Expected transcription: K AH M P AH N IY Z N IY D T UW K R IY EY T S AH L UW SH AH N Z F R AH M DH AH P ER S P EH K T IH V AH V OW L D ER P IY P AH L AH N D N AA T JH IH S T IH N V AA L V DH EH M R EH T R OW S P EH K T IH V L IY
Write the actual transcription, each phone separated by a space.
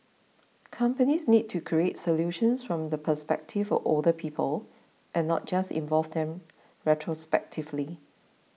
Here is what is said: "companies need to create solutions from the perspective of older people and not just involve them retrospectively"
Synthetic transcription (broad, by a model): K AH M P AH N IY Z N IY D T UW K R IY EY T S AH L UW SH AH N S F R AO M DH AH P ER S P EH K T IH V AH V OW L D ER P IY P AH L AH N N AA T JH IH S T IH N V AA L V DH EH M R EH T R OW S P EH K T IH V L IY